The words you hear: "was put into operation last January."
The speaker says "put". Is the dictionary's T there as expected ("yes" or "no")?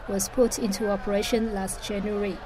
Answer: yes